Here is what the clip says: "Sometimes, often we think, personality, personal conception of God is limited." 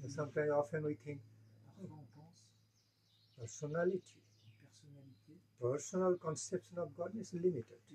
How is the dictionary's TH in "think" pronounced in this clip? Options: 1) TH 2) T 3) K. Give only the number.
2